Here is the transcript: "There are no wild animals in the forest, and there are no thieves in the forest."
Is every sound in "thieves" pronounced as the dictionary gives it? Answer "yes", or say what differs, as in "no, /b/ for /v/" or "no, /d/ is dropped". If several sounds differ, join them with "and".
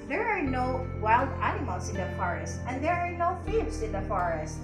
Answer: no, /f/ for /θ/